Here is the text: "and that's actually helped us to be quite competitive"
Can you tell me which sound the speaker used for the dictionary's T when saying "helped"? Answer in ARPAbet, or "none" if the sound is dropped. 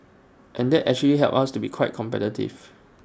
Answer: none